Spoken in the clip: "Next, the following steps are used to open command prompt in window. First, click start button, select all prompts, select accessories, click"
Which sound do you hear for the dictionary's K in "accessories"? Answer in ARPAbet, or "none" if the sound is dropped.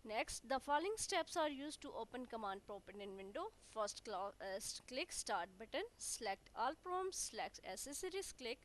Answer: none